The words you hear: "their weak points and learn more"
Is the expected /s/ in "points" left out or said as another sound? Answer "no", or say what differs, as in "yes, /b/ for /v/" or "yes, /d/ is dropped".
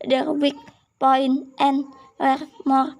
yes, /s/ is dropped